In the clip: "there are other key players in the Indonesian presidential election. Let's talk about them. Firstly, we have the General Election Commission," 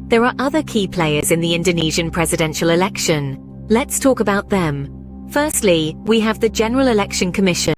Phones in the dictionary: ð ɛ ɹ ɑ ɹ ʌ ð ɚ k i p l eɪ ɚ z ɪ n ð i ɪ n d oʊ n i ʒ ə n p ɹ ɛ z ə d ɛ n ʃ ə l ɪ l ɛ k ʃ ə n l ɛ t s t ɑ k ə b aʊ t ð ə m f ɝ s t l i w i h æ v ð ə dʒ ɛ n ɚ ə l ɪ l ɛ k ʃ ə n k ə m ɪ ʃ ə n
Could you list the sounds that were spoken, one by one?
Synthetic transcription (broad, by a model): ð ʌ ɹ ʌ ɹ ʌ ð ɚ k i p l eɪ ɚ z ɪ n ð i ɪ n d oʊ n i ʒ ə n p ɹ ɛ z ə d ɛ n ʃ ə l ɪ l ɛ k ʃ ə n l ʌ t s t ɑ k ə b aʊ t ð ə m f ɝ s t l i w i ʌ v ð ə dʒ ɛ n ɚ ə l ɪ l ɛ k ʃ ə n k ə m ɪ ʃ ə n